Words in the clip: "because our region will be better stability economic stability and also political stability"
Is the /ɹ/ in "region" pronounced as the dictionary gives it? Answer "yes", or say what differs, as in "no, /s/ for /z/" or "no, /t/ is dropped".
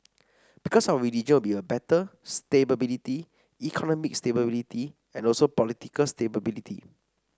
no, /l/ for /ɹ/